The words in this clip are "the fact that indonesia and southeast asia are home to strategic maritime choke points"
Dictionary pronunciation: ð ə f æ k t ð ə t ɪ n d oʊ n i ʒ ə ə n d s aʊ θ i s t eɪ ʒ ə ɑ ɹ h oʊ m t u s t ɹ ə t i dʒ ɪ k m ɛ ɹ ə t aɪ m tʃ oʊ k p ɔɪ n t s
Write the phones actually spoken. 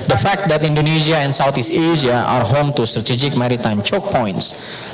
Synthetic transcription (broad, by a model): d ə f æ k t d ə t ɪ n d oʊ n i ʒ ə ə n s aʊ t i s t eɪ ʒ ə ɑ ɹ h oʊ m t u s t ɹ ə t i dʒ ɪ k m ɛ ɹ ə t aɪ m tʃ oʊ k p ɔɪ n t s